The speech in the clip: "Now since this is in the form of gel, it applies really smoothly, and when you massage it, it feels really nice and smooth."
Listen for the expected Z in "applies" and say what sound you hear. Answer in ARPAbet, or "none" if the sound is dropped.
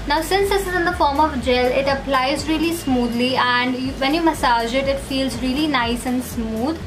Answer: Z